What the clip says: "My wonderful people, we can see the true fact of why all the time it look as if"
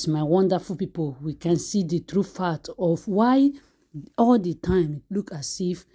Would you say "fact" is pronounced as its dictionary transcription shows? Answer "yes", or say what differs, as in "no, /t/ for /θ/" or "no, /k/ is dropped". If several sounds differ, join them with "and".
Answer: no, /k/ is dropped